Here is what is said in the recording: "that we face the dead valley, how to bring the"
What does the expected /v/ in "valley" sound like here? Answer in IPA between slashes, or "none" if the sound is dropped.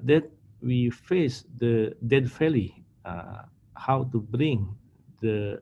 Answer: /f/